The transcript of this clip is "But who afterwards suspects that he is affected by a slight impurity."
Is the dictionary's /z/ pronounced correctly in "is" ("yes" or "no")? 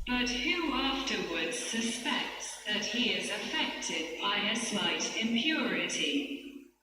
yes